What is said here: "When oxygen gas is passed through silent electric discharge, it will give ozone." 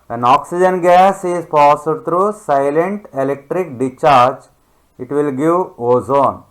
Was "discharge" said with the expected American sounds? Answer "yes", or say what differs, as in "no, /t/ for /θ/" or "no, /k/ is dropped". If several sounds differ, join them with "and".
no, /s/ is dropped